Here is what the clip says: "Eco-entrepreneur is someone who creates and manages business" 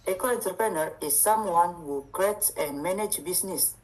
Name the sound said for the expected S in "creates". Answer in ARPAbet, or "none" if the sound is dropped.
none